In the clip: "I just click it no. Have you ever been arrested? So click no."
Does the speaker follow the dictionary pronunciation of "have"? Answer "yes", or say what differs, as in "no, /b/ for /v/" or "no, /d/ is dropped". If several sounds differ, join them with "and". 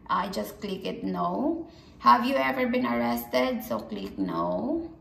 yes